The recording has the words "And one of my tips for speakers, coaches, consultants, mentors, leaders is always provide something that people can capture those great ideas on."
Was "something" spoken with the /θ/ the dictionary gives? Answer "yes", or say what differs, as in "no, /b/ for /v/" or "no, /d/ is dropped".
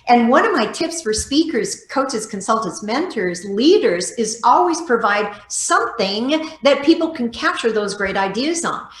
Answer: yes